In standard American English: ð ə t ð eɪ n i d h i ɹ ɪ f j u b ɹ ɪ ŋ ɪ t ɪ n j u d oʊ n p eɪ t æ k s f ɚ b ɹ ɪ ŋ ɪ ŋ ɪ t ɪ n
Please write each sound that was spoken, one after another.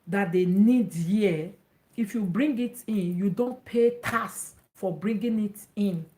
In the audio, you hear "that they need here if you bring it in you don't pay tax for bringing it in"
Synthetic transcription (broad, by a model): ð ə t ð eɪ n i d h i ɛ ɪ f j u b ɹ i ŋ ɪ t ɪ n j u d oʊ n p eɪ t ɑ s f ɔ b ɹ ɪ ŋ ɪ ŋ ɪ t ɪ n